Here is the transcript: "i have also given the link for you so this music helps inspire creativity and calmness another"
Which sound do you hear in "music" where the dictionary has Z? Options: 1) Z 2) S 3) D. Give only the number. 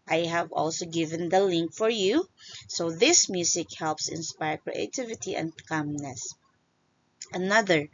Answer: 2